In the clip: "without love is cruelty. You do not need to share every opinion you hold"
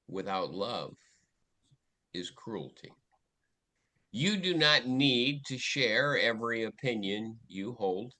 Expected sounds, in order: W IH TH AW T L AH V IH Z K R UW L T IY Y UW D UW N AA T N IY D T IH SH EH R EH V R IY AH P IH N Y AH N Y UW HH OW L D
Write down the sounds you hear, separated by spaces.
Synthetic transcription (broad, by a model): W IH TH AW T L AH V IH Z K R UW L T IY Y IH D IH N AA T N IY D T IH SH EH R EH V R IY AH P IH N Y AH N Y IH HH OW L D